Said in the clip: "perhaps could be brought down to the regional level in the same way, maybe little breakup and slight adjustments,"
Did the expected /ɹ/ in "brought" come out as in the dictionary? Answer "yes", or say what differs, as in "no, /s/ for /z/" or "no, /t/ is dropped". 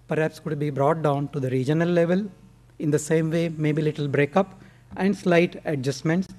yes